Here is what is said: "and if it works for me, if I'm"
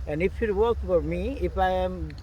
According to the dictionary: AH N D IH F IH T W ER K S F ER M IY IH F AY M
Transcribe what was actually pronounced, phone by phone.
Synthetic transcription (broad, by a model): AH N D IH F IH T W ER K F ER M IY IH F AY M